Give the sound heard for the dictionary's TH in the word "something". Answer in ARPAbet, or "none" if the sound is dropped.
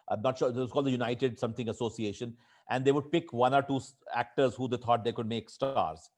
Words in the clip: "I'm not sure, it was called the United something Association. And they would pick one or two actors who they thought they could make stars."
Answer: T